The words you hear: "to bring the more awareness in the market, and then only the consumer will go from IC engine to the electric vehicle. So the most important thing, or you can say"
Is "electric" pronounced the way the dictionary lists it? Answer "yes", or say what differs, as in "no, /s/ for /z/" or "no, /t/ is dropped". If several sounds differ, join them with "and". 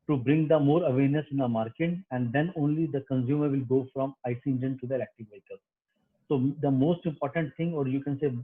no, /ɹ/ is dropped